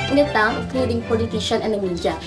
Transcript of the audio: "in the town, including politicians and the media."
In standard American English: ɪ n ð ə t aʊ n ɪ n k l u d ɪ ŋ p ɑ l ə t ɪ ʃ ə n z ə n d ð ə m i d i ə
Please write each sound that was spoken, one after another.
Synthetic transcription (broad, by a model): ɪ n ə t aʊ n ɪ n k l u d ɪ ŋ p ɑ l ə t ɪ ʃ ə n ə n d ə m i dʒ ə